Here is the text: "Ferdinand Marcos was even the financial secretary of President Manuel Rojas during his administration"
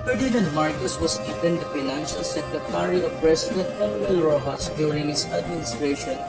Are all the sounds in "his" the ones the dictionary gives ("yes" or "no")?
no